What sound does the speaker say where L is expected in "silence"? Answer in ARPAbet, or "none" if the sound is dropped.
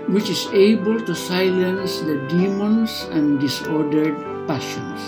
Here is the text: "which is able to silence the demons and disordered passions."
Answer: L